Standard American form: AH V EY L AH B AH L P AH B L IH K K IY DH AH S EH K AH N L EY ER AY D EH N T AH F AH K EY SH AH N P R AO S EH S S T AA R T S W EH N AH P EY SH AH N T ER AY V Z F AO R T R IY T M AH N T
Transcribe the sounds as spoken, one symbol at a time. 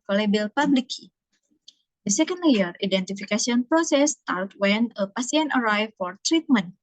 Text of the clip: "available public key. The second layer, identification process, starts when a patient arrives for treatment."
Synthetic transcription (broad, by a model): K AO L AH B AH L P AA B L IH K K IY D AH S EH K AH N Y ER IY D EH N T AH F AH K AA S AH N P R AO S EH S S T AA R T W EH N AH P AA S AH N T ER AY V F AO R T R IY T M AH N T